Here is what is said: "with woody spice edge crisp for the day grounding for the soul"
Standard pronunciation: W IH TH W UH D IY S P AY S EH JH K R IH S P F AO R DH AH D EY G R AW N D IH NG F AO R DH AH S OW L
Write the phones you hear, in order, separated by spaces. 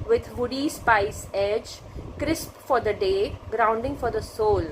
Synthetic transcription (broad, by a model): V IH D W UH D IY S P AY S EH JH K R IH S P F AO R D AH D EY G R AW N D IH NG F AO R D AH S OW L